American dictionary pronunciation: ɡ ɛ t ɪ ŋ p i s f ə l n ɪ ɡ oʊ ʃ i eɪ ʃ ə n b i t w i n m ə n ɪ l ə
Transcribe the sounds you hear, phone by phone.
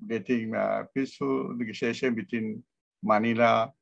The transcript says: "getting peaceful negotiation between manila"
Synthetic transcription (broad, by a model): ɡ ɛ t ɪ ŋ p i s ə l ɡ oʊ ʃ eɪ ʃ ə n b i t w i n m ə n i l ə